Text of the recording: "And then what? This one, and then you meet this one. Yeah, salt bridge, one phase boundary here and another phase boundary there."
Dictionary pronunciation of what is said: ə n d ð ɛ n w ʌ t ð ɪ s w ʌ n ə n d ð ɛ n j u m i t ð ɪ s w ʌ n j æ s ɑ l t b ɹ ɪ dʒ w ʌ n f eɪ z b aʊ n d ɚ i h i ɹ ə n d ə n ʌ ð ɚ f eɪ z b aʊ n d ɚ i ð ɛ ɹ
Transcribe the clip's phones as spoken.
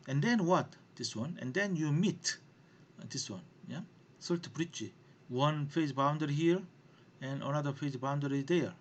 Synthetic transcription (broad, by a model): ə n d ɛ n w ʌ t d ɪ s w ʌ n ə n d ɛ n j u m i t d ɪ s w ʌ n j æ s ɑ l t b ɹ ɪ tʃ w ʌ n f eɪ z b aʊ n d ɚ i h i ɹ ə n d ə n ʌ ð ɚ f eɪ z b aʊ n d ɚ i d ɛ ɹ